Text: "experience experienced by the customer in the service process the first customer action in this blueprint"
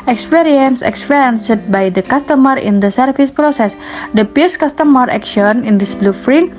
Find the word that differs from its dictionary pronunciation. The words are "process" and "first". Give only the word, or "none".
first